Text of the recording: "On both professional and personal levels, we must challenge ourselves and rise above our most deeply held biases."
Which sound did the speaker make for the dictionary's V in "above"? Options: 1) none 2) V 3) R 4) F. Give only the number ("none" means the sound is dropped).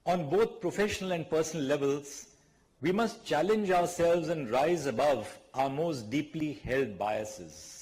2